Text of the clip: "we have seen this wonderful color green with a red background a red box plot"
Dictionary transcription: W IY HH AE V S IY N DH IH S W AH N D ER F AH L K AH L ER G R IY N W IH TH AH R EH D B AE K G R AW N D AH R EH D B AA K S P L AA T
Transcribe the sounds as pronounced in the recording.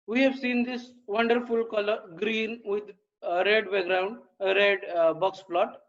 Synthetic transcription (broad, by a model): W IY HH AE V S IY N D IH S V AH N D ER F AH L K AH L ER G R IY N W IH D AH R EH D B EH G R AW N D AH R EH D B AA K S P L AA T